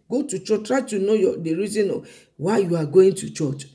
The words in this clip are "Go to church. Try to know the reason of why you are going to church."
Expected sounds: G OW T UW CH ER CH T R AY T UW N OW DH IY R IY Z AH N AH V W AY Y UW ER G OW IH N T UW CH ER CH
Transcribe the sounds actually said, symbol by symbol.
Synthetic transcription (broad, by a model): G OW T UW CH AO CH T R AY T UW N OW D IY R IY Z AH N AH W AY Y UW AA G OW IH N T UW CH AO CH